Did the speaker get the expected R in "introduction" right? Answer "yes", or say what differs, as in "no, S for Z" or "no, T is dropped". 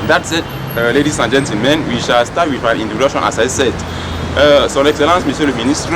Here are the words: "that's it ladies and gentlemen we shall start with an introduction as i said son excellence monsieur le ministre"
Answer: no, R is dropped